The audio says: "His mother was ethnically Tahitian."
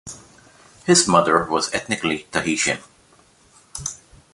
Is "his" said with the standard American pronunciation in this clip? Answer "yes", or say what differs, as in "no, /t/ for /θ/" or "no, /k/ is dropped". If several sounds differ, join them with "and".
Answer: yes